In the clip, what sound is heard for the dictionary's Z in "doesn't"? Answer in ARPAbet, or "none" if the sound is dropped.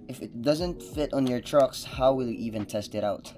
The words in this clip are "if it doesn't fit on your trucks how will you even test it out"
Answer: Z